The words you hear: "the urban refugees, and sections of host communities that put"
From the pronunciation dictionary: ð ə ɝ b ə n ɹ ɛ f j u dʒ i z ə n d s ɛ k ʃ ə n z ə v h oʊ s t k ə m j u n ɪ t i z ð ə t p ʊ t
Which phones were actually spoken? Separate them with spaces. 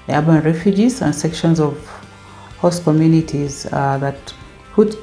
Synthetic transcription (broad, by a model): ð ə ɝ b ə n ɹ ɛ f j u dʒ i z ə n d s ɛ k ʃ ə n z ə v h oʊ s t k ə m j u n ɪ t i z ð ə t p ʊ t